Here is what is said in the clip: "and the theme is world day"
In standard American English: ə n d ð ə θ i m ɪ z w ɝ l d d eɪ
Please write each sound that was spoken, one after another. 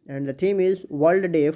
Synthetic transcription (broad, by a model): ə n d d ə t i m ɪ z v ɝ l d d eɪ